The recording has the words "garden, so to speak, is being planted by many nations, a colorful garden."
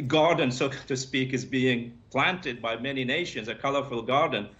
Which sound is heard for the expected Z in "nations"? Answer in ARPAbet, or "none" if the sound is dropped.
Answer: Z